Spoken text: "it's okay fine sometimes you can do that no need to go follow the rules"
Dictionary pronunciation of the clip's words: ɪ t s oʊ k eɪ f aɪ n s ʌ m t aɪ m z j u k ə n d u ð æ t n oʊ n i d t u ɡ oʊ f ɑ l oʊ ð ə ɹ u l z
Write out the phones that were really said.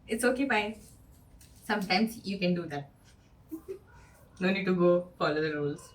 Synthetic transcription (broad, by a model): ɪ t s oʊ k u p aɪ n s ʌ m t aɪ m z j u k ə n d u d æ t n oʊ n i d t u ɡ oʊ f ɑ l oʊ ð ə ɹ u l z